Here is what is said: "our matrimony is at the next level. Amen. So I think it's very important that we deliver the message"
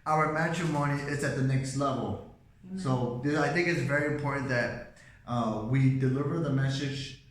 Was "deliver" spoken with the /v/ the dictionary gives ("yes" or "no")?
yes